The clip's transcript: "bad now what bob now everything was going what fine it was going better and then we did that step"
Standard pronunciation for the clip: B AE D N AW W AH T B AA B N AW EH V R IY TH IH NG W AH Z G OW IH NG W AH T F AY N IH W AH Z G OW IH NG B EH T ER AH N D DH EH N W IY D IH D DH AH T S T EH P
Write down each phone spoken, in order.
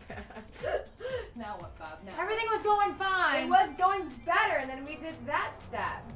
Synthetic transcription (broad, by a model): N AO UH W AH T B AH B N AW EH V R IY TH IH NG W AH Z G OW IH NG F AY IH W AH Z G OW IH NG B EH T ER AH N DH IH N W IY D IH D DH AH T S T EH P